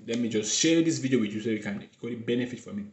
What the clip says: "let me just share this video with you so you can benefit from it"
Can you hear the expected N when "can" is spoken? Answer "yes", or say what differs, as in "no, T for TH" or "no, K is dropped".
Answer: no, L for N